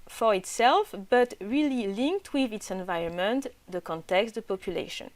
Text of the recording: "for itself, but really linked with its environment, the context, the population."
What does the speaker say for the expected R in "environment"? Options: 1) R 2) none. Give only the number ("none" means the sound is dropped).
1